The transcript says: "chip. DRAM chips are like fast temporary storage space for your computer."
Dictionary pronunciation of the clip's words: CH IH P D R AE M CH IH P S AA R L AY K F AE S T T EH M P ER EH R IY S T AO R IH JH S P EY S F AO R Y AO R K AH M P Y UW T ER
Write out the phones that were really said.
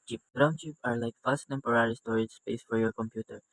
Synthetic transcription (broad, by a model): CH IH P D R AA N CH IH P AA R L AY K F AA S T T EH M P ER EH R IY S T AO R IH JH S P EY S F AO R Y AO R K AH M P Y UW T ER